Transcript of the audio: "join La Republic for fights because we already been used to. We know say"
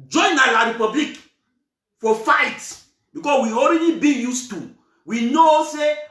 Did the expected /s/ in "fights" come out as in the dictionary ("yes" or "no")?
no